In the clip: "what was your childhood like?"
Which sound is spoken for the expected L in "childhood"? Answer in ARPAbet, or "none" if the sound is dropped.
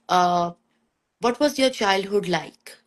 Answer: L